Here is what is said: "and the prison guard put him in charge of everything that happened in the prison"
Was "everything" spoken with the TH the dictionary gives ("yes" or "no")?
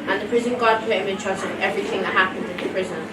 yes